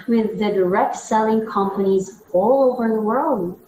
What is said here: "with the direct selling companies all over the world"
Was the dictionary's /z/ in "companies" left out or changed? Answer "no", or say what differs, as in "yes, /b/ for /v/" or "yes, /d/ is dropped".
no